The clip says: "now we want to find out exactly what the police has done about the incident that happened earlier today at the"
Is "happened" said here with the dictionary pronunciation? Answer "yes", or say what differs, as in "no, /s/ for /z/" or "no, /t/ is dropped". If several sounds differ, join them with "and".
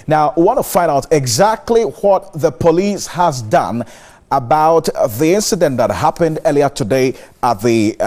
yes